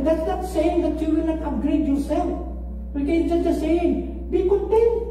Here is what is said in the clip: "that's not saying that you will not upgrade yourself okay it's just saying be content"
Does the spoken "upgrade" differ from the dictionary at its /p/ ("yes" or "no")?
yes